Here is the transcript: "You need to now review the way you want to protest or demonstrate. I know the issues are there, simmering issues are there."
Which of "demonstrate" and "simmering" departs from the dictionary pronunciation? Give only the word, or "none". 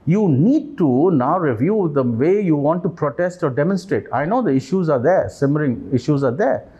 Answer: none